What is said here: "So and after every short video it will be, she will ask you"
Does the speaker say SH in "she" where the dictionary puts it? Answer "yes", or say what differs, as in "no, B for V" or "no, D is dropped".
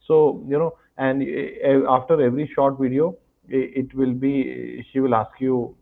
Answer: yes